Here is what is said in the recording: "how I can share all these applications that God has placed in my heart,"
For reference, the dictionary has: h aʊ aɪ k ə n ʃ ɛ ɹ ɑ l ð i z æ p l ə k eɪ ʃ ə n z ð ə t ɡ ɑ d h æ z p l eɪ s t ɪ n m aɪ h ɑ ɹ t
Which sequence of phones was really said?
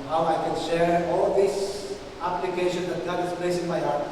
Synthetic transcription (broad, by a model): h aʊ aɪ k ə n ʃ ɛ ɹ ɑ l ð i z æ p l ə k eɪ ʃ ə n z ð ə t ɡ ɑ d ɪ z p l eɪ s ɪ n m aɪ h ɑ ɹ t